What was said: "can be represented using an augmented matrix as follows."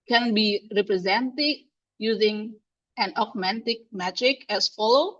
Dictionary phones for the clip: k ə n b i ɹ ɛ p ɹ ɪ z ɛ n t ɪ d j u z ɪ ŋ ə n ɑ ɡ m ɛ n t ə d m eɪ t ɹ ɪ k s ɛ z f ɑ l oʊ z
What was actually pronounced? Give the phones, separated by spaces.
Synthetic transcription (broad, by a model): k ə n b i ɹ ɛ p ɹ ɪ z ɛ n t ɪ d j u z ɪ ŋ ə n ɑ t m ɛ n t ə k m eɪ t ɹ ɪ k ɛ s f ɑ l oʊ